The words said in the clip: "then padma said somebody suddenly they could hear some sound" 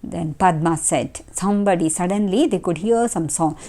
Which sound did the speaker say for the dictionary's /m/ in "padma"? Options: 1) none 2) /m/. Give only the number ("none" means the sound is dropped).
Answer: 2